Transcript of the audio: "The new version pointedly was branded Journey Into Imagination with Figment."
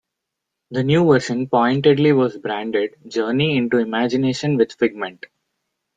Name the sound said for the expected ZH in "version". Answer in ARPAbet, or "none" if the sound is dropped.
SH